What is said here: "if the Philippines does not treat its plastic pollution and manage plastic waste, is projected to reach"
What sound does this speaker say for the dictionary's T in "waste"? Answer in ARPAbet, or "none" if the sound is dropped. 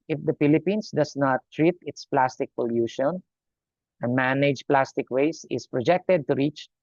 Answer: none